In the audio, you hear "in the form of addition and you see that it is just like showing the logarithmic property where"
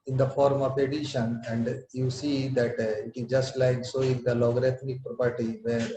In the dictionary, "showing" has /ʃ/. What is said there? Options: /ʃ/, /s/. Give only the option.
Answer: /s/